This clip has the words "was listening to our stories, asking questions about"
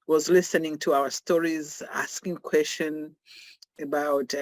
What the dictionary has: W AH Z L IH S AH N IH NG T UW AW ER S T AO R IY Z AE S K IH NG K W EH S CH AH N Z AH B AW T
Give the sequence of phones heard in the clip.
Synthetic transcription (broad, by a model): W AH Z L IH S AH N IH NG T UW AW ER S T AO R IY Z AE S K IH NG K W EH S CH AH N AH B AW T